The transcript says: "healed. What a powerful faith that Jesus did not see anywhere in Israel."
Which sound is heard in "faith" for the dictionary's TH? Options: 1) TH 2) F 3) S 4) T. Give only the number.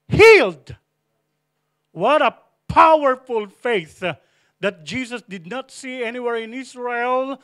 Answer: 1